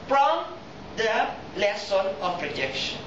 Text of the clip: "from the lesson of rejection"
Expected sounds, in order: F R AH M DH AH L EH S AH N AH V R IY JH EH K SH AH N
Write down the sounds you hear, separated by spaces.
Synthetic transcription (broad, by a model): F R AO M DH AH L EH S AH N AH P R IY JH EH K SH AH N